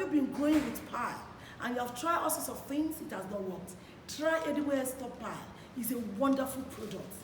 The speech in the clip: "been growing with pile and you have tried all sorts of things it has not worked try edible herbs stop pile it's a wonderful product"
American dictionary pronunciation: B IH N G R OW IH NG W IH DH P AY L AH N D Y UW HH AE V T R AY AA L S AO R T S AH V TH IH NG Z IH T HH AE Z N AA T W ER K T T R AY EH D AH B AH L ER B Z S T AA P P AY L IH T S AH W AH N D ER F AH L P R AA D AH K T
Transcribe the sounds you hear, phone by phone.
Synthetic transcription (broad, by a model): B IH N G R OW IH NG W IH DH P AY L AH N Y UW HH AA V T R AY AA L S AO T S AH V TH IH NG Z IH T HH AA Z N AA T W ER K T T R AY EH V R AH W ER S T AA P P AY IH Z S AH W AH N D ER F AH L P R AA D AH K T